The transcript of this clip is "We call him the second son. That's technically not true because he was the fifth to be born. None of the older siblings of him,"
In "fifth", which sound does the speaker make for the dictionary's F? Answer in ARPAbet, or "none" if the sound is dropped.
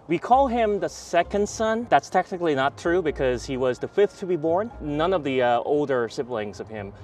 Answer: F